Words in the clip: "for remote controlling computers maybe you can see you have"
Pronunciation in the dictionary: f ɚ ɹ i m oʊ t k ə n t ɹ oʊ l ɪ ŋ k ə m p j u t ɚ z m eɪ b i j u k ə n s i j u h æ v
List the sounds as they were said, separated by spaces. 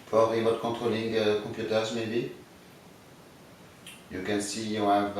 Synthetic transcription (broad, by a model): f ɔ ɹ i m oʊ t k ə t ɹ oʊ l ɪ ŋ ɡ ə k p j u t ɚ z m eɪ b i j u k ə n s i j u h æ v